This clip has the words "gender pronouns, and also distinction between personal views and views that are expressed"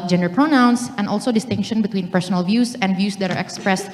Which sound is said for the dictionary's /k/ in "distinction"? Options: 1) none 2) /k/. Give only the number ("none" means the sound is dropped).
2